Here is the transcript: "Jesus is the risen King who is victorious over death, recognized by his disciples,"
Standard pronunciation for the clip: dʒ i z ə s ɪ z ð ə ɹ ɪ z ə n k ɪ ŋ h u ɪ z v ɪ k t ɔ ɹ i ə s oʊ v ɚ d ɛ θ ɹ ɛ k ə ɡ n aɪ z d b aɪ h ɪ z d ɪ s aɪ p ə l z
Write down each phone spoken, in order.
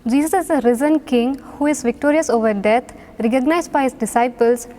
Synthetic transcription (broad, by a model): dʒ i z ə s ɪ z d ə ɹ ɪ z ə n k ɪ ŋ h u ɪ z v ɪ k t ɔ ɹ i ə s oʊ v ɚ d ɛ t ɹ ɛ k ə ɡ n aɪ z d b aɪ h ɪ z d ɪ s aɪ p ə l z